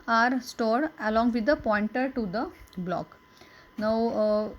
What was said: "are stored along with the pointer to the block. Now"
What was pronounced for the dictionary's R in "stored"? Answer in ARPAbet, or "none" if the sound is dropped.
R